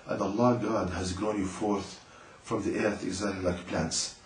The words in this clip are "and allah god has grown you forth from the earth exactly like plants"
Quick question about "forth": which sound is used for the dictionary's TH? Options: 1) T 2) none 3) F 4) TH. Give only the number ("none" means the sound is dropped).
4